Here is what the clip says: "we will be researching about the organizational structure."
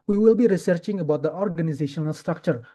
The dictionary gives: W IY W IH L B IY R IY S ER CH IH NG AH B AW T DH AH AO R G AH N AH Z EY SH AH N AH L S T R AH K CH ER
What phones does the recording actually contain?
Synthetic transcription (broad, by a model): W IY W IH L B IY R IY S ER CH IH NG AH B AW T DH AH AO R G AH N AH Z EY SH AH N AH L S T R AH K CH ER